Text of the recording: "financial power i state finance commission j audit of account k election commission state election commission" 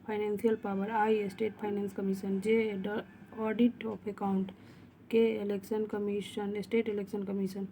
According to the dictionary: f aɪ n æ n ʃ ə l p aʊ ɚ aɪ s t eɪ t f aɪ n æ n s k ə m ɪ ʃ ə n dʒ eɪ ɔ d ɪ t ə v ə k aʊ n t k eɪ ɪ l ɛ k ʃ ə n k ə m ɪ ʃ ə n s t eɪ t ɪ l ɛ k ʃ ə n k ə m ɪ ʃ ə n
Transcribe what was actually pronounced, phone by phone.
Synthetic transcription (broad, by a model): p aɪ n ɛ n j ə l p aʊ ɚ aɪ s t eɪ t p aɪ n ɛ n s k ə m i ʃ ə n dʒ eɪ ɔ d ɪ t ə p ə k aʊ n t k eɪ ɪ l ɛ k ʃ ə n k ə m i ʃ ə n s t eɪ t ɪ l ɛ k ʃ ə n k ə m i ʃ ə n